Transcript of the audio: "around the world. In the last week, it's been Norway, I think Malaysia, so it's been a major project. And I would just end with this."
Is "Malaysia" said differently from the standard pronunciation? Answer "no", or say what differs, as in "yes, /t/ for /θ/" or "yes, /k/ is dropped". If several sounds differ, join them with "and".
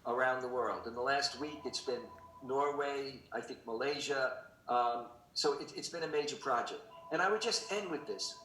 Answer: no